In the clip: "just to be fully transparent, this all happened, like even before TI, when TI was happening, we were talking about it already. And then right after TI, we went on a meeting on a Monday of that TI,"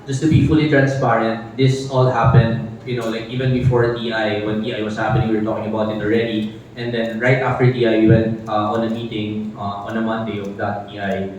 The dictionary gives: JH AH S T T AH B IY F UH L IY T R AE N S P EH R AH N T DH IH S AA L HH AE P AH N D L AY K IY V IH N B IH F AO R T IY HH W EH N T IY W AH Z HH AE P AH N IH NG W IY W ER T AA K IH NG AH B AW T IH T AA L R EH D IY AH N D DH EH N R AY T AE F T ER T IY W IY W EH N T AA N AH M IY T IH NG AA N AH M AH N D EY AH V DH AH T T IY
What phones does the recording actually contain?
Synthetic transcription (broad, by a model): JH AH S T T AH B IY F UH L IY T R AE N S P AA R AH N T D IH S AA L HH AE P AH N D L AY K IY V IH N B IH F AO R T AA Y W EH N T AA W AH S HH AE P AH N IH NG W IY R T AA K IH NG AH B AW T IH T AA L R EH D IY AH N D EH N R AY T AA F T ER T IY W IY W EH N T AA N AH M IY T IH NG AA N AH M AH N D EY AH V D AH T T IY